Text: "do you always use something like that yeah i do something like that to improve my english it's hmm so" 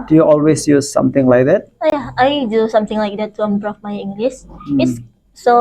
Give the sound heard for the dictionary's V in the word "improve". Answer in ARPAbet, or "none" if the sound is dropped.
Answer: F